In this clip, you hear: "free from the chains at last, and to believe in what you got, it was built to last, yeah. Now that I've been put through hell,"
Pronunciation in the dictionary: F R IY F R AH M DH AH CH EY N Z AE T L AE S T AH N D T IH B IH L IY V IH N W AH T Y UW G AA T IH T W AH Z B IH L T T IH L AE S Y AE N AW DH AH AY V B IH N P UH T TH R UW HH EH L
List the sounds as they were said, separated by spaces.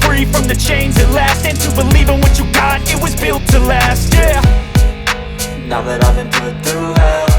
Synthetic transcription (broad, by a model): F R IY F R AH M DH AH CH EY N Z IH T L AE S T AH N T IH B IH L IY V IH N W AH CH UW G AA T IH T W AH Z B IH L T T IH L AE S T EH N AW DH AH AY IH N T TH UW